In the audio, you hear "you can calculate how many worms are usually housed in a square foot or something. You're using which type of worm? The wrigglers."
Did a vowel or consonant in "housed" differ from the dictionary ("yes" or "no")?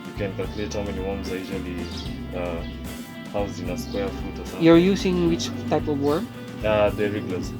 yes